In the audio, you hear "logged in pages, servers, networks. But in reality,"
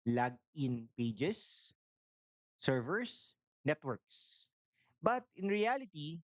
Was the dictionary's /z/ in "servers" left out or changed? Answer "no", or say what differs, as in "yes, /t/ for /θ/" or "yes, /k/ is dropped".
yes, /s/ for /z/